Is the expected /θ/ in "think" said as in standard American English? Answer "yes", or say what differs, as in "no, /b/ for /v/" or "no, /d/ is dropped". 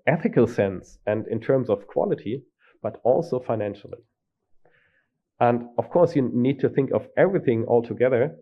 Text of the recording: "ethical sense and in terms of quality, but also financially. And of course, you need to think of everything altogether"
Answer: yes